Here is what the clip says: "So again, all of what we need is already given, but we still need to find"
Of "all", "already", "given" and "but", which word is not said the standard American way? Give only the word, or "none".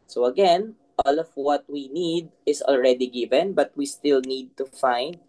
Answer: none